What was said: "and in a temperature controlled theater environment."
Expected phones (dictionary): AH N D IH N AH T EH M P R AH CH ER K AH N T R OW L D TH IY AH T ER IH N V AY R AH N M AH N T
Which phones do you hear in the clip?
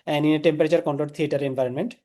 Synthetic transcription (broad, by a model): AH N IH N AH T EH M P R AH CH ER K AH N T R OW D T IY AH T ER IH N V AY R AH N M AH N T